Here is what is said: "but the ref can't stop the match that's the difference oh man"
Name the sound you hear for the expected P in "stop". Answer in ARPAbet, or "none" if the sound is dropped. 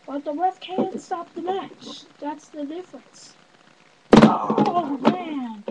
P